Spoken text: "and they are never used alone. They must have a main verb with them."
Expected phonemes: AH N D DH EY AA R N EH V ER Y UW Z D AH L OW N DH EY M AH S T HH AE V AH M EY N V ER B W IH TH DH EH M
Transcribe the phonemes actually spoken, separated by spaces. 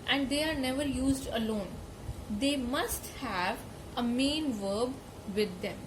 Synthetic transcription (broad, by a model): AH N D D EY AA R N EH V ER Y UW Z D AH L OW N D EY M AH S T HH AE V AH M EY N V ER B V IH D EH M